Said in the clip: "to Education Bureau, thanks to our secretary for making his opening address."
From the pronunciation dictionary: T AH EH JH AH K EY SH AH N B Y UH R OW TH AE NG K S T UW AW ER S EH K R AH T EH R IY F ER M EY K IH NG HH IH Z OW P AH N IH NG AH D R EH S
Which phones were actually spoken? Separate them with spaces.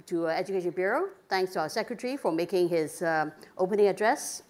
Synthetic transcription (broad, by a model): T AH EH JH AH K EY SH AH N B Y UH R OW T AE NG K S T UW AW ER S EH K R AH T R IY F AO M EY K IH NG HH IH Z OW P AH N IH NG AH D R EH S